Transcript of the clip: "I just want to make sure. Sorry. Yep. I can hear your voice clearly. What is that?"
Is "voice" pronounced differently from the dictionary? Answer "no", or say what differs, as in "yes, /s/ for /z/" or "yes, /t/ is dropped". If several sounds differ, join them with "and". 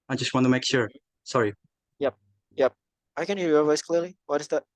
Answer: no